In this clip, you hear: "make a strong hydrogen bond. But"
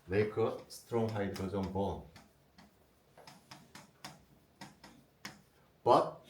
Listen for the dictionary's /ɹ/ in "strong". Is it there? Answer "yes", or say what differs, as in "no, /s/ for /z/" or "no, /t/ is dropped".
yes